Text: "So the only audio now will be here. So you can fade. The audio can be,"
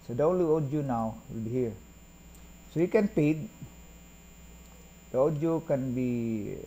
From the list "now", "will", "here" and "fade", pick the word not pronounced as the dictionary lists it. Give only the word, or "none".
fade